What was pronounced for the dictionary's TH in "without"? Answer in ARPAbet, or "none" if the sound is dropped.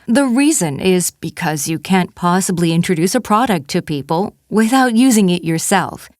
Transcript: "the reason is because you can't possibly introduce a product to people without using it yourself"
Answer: TH